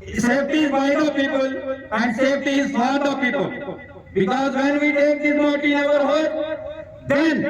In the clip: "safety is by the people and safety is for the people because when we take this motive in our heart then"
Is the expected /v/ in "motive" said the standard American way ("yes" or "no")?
no